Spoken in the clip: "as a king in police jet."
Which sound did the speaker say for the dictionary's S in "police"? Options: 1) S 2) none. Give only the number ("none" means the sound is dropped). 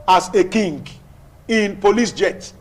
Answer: 1